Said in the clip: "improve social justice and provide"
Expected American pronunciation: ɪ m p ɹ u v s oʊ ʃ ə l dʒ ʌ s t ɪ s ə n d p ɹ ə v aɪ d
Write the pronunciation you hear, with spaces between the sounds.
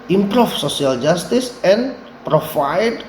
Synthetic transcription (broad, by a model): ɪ m p ɹ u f s oʊ s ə l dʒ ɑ s t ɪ s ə n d p ɹ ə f aɪ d